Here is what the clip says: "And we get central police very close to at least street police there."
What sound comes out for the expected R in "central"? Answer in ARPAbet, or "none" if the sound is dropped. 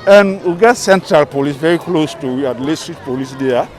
R